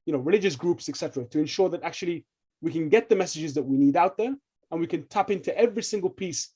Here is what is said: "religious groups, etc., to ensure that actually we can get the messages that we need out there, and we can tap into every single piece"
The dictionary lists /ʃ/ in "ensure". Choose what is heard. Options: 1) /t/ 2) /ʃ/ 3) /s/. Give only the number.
2